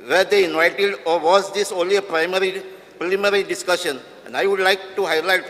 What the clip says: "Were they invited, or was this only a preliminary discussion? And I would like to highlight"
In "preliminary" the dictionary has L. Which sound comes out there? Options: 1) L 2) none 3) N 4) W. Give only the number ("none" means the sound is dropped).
2